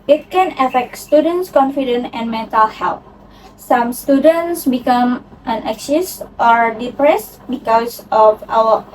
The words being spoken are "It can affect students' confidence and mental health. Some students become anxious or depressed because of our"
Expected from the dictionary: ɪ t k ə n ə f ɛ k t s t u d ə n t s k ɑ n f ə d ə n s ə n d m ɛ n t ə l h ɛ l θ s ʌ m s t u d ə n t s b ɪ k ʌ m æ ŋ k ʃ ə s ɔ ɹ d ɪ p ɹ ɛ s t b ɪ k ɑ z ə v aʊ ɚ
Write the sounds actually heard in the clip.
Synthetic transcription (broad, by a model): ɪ t k ə n ə f ɛ k t s t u d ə n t s k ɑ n f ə d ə n ə n m ɛ n t ə l h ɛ l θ s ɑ m s t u d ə n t s b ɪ k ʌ m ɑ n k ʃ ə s ɔ ɹ d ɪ p ɹ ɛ s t b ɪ k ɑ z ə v aʊ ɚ